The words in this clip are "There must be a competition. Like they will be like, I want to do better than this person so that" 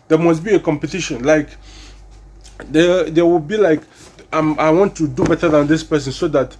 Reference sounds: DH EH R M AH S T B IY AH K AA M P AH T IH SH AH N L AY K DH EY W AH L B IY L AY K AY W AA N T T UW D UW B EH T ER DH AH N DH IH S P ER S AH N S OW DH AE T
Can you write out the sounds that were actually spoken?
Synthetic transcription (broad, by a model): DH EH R M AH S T B IY AH K AA M P AH T IH SH AH N L AY K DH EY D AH W B IY L AY K AY W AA N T T UW D UW B EH T ER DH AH N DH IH S P ER S AH N S OW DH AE T